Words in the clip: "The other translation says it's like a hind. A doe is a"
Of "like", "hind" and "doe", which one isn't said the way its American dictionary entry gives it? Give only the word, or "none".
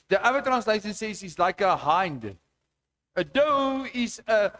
none